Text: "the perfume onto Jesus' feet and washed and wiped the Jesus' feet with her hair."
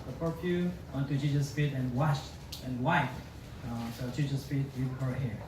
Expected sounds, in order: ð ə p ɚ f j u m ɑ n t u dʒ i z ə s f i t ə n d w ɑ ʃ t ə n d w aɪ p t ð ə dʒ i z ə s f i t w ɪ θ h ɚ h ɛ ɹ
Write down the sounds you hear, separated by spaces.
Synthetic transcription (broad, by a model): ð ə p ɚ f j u ɑ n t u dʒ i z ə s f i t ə n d w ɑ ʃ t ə n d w aɪ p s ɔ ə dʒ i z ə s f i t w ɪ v h ɚ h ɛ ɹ